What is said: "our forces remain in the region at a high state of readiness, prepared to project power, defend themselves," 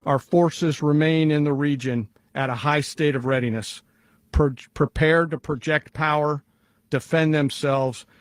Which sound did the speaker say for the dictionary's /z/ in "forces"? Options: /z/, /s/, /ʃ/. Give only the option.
/z/